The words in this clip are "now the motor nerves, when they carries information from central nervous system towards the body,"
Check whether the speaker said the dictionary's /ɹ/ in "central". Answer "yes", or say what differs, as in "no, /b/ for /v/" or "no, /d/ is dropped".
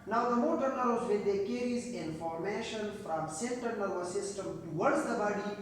no, /ɹ/ is dropped